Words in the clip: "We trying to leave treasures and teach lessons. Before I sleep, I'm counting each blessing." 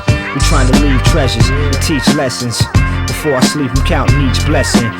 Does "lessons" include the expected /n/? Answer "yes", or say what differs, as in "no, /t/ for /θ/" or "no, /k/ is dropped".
yes